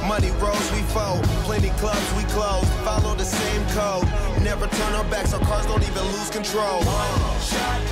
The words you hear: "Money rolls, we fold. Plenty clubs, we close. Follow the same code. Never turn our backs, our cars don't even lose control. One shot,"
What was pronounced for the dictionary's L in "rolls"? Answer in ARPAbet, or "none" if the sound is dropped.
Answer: none